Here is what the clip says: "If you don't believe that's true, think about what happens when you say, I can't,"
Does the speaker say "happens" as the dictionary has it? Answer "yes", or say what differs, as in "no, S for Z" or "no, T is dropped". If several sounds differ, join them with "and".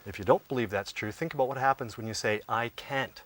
yes